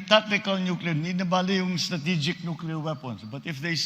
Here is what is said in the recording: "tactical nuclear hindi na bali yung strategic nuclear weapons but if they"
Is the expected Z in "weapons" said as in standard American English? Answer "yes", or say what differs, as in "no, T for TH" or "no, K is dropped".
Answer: no, S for Z